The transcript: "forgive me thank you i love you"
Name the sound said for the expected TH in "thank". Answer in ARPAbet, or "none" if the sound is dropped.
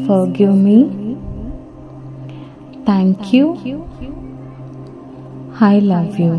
T